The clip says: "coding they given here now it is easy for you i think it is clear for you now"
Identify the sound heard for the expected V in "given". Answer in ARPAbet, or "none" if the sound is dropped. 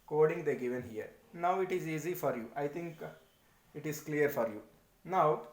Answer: V